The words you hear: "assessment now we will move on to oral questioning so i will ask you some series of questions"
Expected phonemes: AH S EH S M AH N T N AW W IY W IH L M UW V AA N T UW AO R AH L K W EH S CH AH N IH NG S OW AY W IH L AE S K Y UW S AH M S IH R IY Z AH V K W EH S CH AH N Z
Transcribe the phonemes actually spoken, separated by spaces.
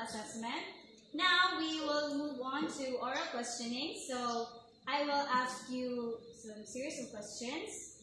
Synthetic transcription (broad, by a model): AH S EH S M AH N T N AW W IY W IH L M UW V AA N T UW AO R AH K W EH S CH AH N IH NG S OW AY W IH L AE S K Y UW S AH M S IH R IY S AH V K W EH S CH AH N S